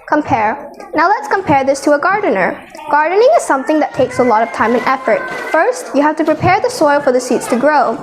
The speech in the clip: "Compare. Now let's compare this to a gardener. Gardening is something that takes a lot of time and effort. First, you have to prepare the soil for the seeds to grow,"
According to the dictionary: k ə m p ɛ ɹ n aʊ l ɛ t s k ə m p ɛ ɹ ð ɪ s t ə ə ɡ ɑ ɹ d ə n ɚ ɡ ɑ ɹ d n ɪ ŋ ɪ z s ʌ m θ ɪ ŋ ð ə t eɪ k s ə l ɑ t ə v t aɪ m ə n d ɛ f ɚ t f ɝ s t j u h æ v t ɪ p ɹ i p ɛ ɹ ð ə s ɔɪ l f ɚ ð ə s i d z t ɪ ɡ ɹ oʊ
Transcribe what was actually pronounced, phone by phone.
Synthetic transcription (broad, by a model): k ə m p ɛ ɹ n aʊ l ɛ t s k ə m p ɛ ɹ ð ɪ s t ə ə ɡ ɑ ɹ d n ɚ ɡ ɑ ɹ d n ɪ ŋ ɪ z s ʌ m θ ɪ ŋ ð ə t eɪ k s ə l ɑ t ə v t aɪ m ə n ɛ f ɚ t f ɝ s t j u h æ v t ɪ p ɹ i p ɛ ɹ ð ə s ɔɪ l f ɚ ð ə s i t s t ɪ ɡ ɹ oʊ